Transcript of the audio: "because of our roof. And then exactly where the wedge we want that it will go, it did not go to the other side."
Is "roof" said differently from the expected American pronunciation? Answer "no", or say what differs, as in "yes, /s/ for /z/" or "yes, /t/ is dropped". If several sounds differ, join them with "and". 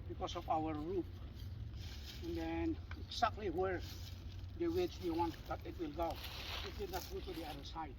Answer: yes, /p/ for /f/